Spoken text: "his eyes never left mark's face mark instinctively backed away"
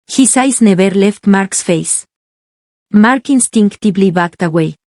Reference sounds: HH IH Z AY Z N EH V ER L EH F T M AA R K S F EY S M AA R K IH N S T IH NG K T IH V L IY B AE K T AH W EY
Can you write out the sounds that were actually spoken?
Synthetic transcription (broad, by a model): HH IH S AY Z N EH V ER L EH F T M AA R K S F EY S M AA R K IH N S T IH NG K T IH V L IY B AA K T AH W EY